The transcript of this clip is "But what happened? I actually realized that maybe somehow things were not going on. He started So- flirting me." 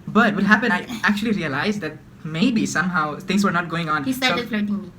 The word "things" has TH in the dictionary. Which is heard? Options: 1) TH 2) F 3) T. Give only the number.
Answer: 3